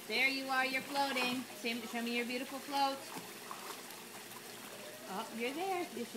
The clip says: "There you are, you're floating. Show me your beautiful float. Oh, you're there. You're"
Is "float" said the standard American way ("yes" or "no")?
yes